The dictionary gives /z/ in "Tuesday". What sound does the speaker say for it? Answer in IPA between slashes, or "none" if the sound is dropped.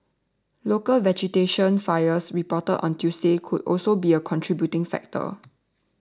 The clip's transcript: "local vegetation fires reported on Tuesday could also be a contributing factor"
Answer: /s/